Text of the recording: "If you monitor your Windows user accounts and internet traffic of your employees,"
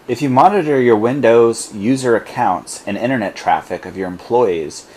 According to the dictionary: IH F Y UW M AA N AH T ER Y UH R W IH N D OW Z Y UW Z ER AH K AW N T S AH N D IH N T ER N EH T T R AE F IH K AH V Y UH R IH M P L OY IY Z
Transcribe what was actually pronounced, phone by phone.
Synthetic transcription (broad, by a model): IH F Y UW M AA N AH T ER Y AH R W IH N D OW Z Y UW Z ER AH K AW N T S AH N IH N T ER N EH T T R AE F IH K AH V Y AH R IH M P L OY IY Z